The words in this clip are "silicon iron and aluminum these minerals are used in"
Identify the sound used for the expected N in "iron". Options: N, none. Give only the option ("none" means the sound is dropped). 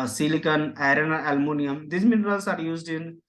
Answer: none